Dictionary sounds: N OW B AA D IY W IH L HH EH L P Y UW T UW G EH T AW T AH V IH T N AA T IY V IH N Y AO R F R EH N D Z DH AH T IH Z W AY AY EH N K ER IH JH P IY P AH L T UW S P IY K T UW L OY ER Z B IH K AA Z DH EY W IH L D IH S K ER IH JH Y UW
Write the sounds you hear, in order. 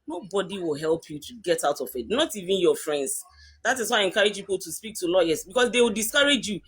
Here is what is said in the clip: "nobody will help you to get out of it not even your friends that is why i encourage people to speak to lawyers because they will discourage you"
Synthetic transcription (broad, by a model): N OW B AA D IY W IH L HH EH L P Y UW T UW G EH T AW T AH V IH T N AA T IY V IH N Y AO F R EH N D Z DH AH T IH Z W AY AY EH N K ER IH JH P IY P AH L T UW S P IY K T UW L OY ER S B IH K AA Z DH EY W IH L D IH S K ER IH JH Y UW